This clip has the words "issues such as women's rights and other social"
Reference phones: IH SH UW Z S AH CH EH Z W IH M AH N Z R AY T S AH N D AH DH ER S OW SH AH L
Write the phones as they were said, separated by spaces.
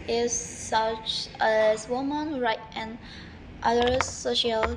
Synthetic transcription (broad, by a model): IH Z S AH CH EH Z W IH M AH N R AY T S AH N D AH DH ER S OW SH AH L